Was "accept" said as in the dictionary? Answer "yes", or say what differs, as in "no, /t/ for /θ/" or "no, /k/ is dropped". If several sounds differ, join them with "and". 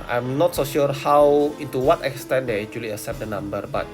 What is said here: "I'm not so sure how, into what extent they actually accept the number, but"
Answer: no, /k/ is dropped